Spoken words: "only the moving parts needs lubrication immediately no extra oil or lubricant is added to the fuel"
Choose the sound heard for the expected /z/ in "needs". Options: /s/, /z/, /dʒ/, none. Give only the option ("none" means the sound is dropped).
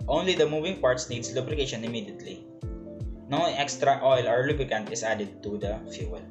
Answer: /s/